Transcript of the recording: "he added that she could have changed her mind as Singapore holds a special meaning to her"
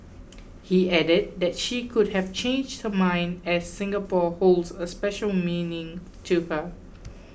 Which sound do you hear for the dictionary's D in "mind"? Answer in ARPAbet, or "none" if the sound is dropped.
D